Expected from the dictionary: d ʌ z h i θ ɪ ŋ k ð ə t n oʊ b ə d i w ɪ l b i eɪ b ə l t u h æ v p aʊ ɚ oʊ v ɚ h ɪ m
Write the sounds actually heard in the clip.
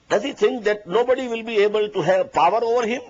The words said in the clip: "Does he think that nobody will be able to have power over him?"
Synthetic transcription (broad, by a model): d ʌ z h i t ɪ ŋ k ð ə t n oʊ b ə d i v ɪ l b i eɪ b ə l t u h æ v p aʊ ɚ oʊ v ɚ h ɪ m